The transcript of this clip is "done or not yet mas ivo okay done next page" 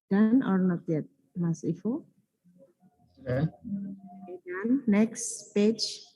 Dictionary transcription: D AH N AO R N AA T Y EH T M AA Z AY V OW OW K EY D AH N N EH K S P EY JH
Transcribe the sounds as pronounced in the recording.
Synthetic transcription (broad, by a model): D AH N AO R N AA T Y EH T M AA S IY F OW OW EY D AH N N EH K S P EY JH